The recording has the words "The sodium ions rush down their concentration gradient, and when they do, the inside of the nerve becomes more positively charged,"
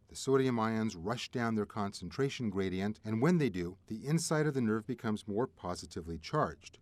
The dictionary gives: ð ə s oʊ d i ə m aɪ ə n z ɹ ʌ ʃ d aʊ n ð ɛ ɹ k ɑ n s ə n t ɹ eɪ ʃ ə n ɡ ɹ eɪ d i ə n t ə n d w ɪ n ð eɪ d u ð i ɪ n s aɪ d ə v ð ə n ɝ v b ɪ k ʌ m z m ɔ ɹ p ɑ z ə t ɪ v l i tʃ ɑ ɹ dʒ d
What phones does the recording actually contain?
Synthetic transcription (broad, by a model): ð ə s oʊ d i ə m aɪ ə n z ɹ ʌ ʃ d aʊ n ð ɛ ɹ k ɑ n s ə n t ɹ eɪ ʃ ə n ɡ ɹ eɪ d i ə n t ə n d w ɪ n ð eɪ d u ð i ɪ n s aɪ d ə v ð ə n ɝ v b ɪ k ʌ m z m ɔ ɹ p ɑ z ə t ɪ v l i tʃ ɑ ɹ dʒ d